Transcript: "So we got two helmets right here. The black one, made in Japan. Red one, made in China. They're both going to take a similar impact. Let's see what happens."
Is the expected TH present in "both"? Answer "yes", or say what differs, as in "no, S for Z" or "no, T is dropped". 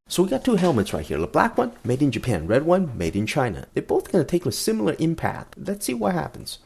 yes